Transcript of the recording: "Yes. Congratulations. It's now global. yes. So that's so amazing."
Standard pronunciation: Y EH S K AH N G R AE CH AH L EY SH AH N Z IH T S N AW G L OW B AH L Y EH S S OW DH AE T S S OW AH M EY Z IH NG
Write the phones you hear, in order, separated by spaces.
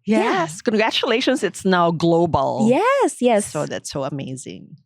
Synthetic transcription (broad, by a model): Y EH S K AH N G R AE CH AH L EY SH AH N Z IH T S N AW G L OW B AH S Y EH S S OW DH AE T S S OW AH M EY Z IH NG